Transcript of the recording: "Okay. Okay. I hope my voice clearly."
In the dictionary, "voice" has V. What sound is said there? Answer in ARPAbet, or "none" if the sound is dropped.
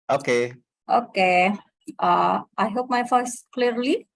F